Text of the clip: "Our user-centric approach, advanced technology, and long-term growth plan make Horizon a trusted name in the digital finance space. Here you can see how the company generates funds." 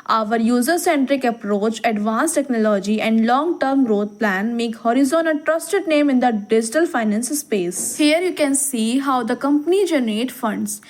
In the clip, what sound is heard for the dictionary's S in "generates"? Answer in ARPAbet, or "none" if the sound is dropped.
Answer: none